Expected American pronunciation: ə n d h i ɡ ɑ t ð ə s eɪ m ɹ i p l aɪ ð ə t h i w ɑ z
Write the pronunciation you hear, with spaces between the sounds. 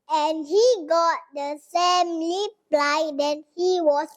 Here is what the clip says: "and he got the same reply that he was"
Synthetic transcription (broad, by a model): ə n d h i ɡ ɑ t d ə s eɪ m l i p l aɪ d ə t h i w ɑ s